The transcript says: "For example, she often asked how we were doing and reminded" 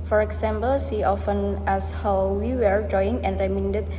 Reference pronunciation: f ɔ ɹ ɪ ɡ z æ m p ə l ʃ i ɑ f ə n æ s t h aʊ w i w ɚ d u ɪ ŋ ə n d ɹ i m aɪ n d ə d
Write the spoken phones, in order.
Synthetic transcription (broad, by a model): f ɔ ɹ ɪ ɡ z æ m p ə l s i ɑ f ə n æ s h aʊ w i w ɚ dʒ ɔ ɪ ŋ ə n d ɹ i m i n d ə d